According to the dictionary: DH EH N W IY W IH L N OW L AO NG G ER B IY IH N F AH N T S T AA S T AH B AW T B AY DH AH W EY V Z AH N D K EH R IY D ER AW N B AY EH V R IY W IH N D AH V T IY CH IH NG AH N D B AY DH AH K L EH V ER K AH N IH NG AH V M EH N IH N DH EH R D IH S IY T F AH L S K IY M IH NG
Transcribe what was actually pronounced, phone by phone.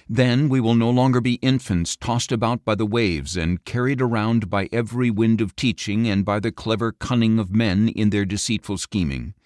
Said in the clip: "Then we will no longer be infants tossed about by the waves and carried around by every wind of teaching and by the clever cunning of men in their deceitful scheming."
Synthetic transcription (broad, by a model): DH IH N W IY W IH L N OW L AO NG G ER B IY IH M F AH N T S T AA S T AH B AW T B AY DH AH W EY V Z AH N K EH R IY D ER AW N B AY EH V R IY W IH N D AH V T IY CH IH NG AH N B AY DH AH K L EH V ER K AH N IH NG AH V M EH N IH N DH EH R D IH S IY T F L S K IY M IH NG